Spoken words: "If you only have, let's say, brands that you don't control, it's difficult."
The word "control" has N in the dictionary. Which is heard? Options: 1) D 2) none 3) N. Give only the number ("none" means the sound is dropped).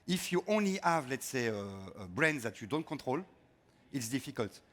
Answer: 2